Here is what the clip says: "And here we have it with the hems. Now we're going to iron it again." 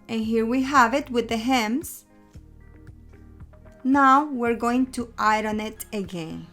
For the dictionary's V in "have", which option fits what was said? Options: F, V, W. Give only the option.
V